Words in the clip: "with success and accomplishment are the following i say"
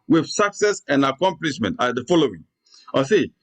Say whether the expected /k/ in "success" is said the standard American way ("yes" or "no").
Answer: yes